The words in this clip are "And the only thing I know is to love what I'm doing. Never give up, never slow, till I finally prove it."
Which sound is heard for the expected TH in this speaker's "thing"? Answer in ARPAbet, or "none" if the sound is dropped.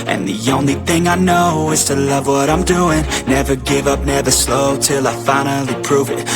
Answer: TH